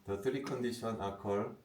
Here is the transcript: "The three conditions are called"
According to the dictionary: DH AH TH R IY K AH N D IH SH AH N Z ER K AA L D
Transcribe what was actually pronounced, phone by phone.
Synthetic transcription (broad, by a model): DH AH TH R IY K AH N D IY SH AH N AA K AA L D